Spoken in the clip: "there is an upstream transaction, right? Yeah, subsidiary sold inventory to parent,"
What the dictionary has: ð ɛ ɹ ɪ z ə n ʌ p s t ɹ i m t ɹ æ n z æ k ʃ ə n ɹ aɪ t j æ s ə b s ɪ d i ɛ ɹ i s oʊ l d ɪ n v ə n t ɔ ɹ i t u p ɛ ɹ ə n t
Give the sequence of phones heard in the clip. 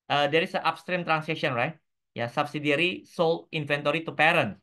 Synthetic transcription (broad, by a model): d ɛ ɹ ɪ s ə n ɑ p s t ɹ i m t ɹ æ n s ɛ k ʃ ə n ɹ aɪ t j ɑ s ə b s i d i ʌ ɹ i s oʊ l ɪ n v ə n t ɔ ɹ i t u p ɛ ɹ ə n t